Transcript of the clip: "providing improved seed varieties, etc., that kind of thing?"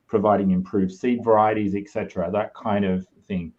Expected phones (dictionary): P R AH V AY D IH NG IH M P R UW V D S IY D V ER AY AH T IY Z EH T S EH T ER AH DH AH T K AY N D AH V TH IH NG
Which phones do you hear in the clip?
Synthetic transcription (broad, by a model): P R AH V AY D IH NG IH M P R UW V S IY D V ER AY AH T IY Z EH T S EH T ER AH DH AH T K AY N D AH V TH IH NG